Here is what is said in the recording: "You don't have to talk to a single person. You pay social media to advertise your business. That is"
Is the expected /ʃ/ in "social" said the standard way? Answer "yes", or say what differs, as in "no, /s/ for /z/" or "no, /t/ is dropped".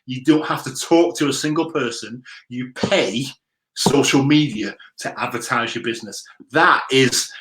yes